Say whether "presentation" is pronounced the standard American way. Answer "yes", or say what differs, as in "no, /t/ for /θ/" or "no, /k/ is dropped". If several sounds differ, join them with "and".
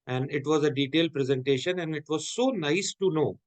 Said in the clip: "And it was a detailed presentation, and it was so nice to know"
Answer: yes